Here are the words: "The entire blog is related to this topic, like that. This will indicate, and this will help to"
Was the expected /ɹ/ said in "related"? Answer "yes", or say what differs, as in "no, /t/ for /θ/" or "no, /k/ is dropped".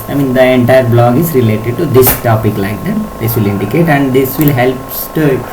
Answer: yes